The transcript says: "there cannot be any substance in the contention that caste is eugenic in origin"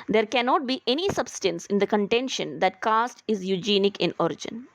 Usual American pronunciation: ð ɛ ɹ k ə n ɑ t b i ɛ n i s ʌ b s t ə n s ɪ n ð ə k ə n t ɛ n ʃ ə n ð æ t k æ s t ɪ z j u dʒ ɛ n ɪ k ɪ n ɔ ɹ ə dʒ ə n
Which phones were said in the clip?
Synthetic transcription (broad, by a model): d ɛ ɹ k ə n ɑ t b i ɛ n i s ʌ b s t ə n s ɪ n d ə k ə n t ɛ n ʃ ə n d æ t k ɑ s t ɪ z j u dʒ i n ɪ k ɪ n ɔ ɹ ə dʒ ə n